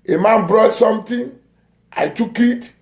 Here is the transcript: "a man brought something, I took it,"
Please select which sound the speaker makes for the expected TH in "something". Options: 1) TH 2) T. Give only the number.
2